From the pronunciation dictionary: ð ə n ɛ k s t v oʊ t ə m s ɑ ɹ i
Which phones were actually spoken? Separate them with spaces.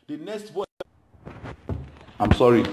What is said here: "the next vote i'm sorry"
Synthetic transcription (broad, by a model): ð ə n ɛ k s t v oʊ ə m s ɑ ɹ i